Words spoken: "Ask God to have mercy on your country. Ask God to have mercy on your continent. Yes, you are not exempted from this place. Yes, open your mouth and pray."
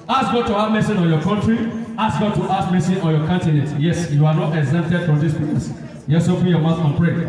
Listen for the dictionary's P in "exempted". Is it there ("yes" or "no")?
no